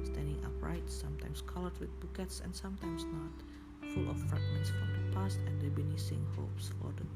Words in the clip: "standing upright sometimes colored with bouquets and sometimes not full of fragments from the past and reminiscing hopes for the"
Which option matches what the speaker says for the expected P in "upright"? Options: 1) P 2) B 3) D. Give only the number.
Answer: 1